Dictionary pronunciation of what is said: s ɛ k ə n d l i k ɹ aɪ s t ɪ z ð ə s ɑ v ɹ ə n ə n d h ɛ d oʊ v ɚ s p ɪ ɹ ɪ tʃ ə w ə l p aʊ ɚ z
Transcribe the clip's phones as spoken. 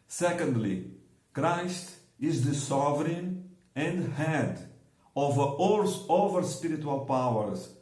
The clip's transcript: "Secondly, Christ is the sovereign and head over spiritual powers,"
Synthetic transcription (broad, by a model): s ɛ k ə n d l i k ɹ aɪ s t ɪ z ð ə s ɑ v ɹ ə n ə n d h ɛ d oʊ v ɚ s p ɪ ɹ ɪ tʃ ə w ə l p aʊ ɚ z